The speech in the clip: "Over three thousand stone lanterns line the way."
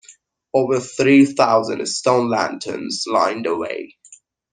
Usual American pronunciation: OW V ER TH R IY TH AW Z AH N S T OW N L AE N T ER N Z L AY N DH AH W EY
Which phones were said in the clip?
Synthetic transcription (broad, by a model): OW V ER TH R IY TH AW Z AH N S T OW N L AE N T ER N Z L AY N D AH W EY